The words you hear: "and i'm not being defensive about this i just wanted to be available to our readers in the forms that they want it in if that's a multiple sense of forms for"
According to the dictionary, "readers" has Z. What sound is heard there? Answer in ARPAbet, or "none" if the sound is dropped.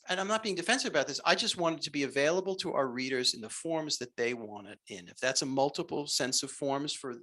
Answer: Z